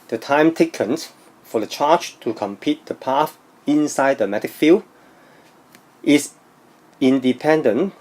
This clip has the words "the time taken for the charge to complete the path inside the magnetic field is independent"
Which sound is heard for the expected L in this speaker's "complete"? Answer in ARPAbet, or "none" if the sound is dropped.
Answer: none